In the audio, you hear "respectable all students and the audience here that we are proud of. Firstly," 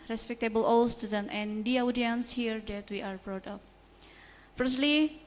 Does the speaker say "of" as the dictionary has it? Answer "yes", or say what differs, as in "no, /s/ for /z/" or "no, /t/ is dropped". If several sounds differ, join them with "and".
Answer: no, /p/ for /v/